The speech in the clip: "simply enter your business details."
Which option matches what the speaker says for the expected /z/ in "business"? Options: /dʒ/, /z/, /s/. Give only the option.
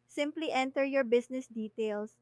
/s/